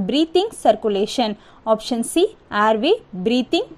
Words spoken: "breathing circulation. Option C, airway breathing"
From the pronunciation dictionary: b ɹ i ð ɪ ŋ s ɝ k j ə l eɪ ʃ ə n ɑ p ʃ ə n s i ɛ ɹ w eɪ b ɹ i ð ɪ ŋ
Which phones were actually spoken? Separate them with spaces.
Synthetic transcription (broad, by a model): b ɹ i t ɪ ŋ s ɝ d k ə l eɪ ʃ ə n ɑ p ʃ ə n s i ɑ ɹ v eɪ b ɹ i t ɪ ŋ